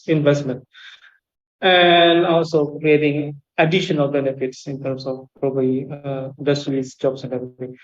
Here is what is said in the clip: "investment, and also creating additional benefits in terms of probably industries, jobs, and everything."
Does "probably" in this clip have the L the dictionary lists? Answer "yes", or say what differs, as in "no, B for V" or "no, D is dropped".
no, L is dropped